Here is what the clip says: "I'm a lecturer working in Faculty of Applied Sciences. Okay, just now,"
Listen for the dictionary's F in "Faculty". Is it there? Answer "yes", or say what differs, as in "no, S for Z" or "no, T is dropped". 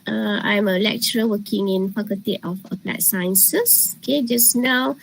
no, P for F